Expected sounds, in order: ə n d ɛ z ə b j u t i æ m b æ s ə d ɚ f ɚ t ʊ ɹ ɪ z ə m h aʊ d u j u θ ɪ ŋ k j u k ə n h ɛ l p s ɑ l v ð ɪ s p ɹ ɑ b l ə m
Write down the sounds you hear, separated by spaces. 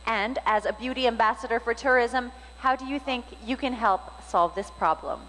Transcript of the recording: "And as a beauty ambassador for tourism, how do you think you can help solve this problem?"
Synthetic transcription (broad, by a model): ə n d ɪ z ə b j u t i æ m b æ s ə d ɚ f ɚ t ʊ ɹ ɪ z ə m h aʊ d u j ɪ θ ɪ ŋ k j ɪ k ə n h ɛ l p s ɑ l v ð ɪ s p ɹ ɑ b l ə m